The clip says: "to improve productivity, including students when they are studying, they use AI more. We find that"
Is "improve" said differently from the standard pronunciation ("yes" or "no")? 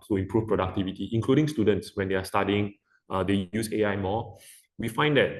yes